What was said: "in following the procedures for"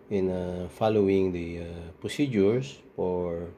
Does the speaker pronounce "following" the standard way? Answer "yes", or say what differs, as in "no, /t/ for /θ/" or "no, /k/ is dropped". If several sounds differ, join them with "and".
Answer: yes